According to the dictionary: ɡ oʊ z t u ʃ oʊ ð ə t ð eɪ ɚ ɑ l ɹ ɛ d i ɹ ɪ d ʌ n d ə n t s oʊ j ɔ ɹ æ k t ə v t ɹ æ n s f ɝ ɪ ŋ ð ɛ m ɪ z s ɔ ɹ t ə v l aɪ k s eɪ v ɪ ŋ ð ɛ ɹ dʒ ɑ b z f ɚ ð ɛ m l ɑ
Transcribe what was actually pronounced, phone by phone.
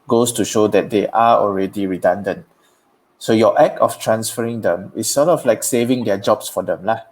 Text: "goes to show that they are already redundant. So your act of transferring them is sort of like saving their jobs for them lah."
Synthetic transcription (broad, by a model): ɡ oʊ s t u ʃ oʊ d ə t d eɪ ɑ ɑ l ɹ ɛ d i ɹ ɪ d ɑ n d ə n t s oʊ j ɔ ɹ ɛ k ə f t ɹ æ n s f ɝ ɪ ŋ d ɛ m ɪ s ɔ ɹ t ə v l aɪ k s eɪ v ɪ ŋ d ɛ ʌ dʒ ɑ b s f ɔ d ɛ m l ɑ